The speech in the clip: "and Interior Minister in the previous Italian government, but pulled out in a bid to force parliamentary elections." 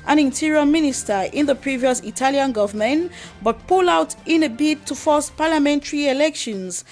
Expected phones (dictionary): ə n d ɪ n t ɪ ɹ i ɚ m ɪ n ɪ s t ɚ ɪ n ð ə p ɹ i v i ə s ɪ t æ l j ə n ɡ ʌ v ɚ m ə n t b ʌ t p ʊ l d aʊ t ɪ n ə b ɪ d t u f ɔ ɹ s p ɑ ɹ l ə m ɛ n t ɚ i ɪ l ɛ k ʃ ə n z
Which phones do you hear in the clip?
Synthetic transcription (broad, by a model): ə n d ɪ n t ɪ ɹ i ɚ m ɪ n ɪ s t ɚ ɪ n ð ə p ɹ i v i ə s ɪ t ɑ l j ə n ɡ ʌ v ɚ m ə n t b ʌ t p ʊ l aʊ t ɪ n ə b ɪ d t u f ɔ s p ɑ l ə m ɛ n t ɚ i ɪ l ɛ k ʃ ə n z